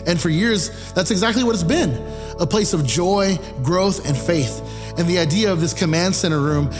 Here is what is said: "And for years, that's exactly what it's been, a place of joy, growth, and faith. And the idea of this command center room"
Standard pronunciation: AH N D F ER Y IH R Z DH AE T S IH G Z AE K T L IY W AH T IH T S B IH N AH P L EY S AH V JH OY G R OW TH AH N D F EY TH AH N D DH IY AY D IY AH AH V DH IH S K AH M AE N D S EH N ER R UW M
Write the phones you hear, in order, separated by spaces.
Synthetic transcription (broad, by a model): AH N F ER Y IH R Z DH AE T S IH G Z AE K T L IY W AH T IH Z B IH N AH P L EY S AH V JH OY G R OW TH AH N F EY TH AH N DH IY AY D IY AH AH V DH IH S K AH M AE N D S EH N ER R UW M